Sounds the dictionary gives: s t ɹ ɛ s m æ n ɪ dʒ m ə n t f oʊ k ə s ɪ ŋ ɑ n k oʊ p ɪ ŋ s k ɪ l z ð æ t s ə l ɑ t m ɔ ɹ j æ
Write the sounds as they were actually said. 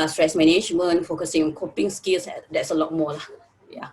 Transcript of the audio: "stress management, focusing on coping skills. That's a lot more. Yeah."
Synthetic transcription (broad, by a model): s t ɹ ɛ s m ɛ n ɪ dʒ m ə n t f oʊ k ə s ɪ ŋ ɑ n k oʊ p ɪ ŋ s k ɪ l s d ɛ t s ə l ɑ t m ɔ l j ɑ